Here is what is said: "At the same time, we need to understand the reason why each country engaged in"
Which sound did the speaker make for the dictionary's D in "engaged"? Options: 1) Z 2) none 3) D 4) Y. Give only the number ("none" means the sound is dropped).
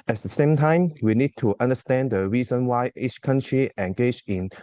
2